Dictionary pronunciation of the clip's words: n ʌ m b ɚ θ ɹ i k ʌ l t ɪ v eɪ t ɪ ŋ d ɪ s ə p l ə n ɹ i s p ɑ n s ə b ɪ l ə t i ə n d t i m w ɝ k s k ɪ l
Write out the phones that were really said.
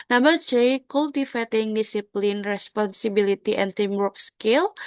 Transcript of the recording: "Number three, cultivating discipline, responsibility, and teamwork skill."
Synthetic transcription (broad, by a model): n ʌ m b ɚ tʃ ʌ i k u l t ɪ f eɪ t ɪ ŋ d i s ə p l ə n ɹ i s p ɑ n s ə b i l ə t i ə n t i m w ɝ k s k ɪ l